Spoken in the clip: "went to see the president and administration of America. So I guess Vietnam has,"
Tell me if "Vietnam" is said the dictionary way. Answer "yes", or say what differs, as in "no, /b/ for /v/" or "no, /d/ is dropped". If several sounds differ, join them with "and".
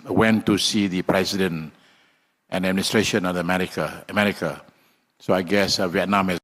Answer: yes